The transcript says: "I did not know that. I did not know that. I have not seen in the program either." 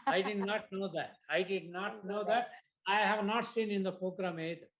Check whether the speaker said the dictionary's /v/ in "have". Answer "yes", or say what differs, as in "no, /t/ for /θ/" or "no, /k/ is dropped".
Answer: yes